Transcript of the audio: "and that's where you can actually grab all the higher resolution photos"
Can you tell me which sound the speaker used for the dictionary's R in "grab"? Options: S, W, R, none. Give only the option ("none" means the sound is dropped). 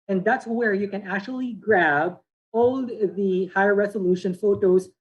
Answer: R